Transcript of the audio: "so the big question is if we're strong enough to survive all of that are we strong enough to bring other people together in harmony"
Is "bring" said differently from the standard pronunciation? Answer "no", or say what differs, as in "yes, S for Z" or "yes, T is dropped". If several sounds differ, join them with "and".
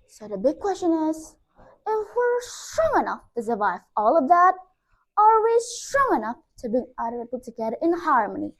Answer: yes, R is dropped